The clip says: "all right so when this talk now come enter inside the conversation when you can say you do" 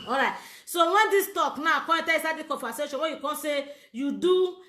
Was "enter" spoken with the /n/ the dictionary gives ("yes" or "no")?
no